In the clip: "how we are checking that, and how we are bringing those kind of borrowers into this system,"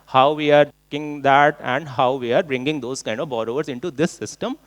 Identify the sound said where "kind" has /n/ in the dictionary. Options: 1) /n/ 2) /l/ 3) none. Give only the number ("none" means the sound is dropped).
1